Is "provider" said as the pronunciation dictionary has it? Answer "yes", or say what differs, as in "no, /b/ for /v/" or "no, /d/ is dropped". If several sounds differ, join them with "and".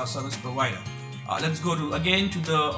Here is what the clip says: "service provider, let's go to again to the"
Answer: no, /ɹ/ is dropped and /w/ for /v/